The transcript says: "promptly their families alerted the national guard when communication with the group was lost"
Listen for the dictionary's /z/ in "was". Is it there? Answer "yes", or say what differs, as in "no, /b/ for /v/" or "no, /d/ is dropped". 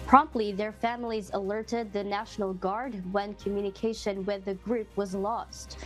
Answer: yes